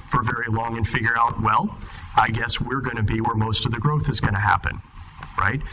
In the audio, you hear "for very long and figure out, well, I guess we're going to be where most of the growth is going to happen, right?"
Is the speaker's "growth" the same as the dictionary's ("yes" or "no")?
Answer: yes